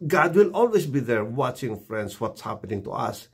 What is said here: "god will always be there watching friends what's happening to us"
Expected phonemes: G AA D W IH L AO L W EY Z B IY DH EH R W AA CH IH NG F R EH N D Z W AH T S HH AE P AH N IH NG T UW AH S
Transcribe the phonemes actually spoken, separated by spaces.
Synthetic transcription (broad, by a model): G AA D W IH L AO L W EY S B IY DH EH R W AA CH IH NG F R EH N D S W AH T S HH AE P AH N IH NG T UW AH S